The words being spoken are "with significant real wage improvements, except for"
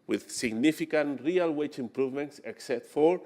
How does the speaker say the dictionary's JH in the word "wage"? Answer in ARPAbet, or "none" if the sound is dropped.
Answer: CH